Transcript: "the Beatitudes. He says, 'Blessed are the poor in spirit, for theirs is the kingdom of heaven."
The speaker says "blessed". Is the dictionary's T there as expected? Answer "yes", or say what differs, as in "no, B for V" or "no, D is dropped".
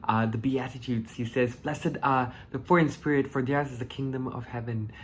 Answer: no, T is dropped